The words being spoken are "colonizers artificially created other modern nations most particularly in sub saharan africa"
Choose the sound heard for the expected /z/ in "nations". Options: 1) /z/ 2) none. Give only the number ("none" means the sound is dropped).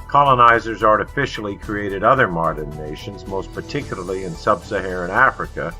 1